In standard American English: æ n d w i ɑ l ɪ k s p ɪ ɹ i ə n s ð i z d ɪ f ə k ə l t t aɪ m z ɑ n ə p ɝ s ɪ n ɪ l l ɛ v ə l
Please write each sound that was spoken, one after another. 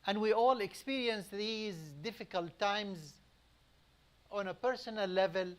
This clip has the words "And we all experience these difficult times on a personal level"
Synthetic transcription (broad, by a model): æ n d w i ɑ l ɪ k s p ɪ ɹ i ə n s ð i z d ɪ f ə k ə l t t aɪ m z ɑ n ə p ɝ s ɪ n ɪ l l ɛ v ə l